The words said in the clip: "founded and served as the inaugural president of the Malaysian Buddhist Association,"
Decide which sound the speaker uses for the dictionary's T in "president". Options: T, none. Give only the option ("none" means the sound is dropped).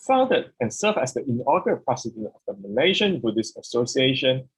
none